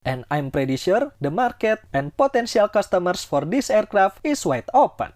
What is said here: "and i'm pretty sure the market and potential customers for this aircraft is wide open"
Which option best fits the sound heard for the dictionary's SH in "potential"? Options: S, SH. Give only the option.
S